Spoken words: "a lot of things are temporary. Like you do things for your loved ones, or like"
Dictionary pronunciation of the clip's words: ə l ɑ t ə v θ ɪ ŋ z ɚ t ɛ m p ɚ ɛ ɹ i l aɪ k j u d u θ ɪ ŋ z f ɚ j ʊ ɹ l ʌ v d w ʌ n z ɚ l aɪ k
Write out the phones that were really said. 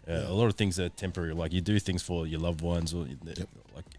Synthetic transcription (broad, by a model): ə l ɑ t ə v θ ɪ ŋ z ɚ t ɛ m p ɚ ɛ ɹ i l aɪ k j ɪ d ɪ θ ɪ ŋ z f ɚ j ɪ l ʌ v w ʌ n z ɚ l aɪ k